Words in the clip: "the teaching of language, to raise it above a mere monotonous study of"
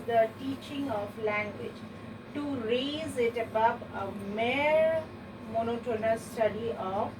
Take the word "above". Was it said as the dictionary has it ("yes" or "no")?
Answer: no